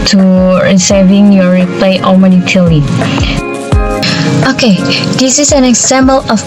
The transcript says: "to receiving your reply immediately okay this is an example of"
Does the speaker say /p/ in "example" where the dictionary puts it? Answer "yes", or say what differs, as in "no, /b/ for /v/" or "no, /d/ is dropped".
no, /b/ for /p/